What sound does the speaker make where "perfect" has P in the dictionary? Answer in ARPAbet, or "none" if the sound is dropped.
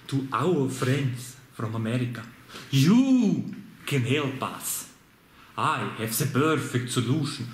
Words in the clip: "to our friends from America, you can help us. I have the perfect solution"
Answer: B